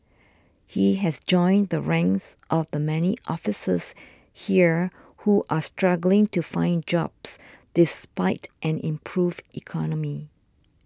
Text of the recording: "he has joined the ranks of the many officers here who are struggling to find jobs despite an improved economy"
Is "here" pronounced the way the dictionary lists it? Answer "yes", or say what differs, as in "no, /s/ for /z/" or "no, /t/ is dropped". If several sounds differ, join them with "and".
yes